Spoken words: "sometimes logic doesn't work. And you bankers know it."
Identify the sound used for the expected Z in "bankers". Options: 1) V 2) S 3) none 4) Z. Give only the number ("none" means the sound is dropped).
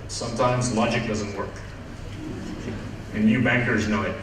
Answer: 4